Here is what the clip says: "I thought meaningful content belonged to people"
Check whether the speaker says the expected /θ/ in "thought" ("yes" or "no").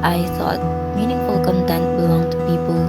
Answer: no